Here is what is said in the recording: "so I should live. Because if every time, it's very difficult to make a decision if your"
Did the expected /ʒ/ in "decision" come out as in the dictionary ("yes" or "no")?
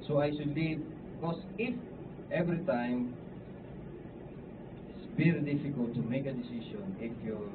no